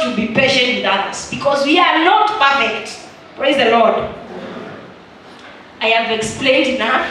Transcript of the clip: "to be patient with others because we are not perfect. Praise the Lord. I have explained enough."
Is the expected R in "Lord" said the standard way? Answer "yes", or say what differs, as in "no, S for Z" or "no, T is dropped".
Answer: yes